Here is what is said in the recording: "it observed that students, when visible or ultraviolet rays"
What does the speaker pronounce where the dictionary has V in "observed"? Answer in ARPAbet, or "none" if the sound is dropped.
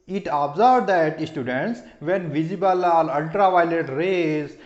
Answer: B